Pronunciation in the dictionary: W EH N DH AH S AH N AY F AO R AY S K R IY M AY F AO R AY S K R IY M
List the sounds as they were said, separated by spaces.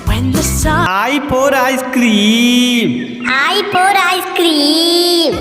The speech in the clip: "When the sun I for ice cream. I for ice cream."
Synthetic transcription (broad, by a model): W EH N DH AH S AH AY P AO R AY S K R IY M AY P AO R AY S K R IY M